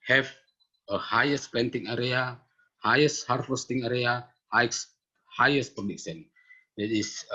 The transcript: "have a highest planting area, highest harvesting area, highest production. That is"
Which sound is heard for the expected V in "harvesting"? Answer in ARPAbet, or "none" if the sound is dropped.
F